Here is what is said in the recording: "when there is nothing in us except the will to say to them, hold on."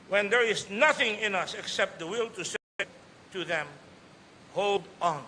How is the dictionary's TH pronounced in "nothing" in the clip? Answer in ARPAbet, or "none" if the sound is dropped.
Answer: TH